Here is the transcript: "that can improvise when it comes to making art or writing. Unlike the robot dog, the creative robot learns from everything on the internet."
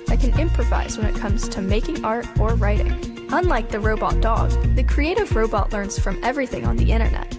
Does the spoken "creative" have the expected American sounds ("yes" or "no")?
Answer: yes